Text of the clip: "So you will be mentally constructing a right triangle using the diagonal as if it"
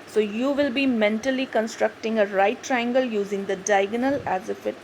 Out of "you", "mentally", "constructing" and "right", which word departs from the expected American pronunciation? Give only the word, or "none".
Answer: none